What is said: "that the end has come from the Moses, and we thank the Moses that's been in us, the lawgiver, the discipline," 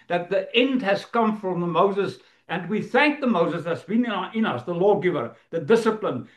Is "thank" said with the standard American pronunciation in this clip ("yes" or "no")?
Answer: yes